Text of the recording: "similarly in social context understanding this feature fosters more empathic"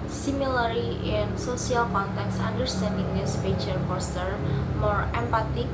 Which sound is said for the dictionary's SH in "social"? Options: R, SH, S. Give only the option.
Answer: S